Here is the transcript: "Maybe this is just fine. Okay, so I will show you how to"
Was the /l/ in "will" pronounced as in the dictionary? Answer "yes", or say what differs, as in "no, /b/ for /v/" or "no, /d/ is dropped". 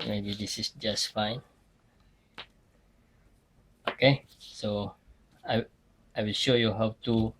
yes